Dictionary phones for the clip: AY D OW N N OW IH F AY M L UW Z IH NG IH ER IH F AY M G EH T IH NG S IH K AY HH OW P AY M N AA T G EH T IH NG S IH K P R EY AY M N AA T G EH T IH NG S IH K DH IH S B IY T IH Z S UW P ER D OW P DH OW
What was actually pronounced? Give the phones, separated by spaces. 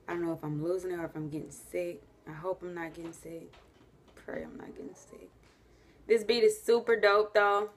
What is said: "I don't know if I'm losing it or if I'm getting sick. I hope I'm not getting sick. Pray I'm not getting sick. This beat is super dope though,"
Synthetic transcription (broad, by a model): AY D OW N N OW IH F AY M L UW Z IH NG ER IH F AY M G EH T IH NG S IH K AY HH OW P AY M N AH T G EH T IH NG S IH K P R EY AY M N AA T G EH T IH NG S IH K DH IH S B IY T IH S UW P ER D OW P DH OW